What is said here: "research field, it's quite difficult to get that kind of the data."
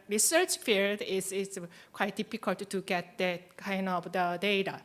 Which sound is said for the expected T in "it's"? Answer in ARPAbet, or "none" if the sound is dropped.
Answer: S